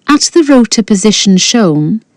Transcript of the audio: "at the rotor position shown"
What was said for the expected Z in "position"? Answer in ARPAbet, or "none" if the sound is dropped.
Z